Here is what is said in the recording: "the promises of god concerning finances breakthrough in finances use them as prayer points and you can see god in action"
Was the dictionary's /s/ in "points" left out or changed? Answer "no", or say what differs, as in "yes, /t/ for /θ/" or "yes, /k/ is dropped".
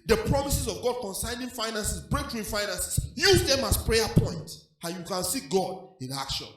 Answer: yes, /s/ is dropped